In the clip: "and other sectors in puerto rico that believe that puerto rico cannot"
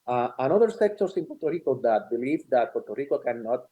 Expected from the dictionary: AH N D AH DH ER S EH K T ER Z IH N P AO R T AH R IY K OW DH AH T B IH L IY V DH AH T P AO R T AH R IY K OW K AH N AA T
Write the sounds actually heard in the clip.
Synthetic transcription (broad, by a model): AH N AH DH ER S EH K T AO S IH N P AO R T AH R IY K OW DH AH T B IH L IY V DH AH T P AO R T AH R IY K OW K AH N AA T